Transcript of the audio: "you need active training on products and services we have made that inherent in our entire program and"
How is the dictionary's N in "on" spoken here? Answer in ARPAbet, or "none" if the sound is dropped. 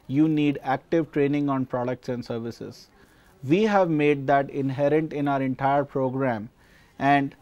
N